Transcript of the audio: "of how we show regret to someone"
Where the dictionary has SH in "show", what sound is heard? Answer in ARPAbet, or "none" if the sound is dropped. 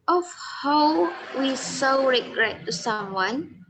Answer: S